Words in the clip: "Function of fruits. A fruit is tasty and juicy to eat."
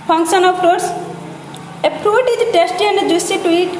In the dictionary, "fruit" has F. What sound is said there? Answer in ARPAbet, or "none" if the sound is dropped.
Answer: P